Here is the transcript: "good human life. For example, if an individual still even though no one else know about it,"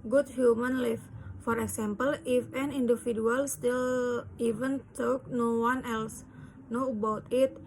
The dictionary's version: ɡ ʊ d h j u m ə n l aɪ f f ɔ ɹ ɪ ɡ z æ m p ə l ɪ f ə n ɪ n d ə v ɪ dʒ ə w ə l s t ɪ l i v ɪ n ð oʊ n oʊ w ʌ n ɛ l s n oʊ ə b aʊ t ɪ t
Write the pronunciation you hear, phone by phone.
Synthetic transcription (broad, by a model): ɡ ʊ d h j u m ə n l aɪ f f ɔ ɹ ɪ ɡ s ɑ m p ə l ɪ f ə n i n d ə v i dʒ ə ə l s t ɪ l i v ɪ n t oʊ n oʊ w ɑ n ɛ l s n oʊ ə b aʊ t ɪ t